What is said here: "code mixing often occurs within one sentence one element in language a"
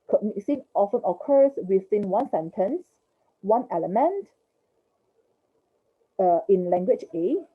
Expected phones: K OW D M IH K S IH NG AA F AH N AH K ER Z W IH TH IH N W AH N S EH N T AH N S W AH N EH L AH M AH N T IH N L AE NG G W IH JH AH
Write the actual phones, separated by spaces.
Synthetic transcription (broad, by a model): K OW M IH S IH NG AA F AH N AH K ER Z W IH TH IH N W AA N S EH N T AH N S W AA N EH L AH M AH N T IH N L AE NG G W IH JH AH